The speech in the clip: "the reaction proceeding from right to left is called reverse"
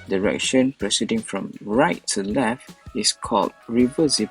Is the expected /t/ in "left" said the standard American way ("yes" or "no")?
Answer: yes